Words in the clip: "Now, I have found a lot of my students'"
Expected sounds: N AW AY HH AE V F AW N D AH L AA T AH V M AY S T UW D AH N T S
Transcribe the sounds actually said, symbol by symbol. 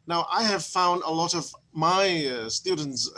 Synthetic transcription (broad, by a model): N AW AY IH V F AW N D AH L AA T AH V M AY S T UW D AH N T S